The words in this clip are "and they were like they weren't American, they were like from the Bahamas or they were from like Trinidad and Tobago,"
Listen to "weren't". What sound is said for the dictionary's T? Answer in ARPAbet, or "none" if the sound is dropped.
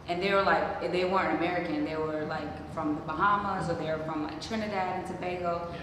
none